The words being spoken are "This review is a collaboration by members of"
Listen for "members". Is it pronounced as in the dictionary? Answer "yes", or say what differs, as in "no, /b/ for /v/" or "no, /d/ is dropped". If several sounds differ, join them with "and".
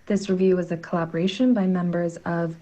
yes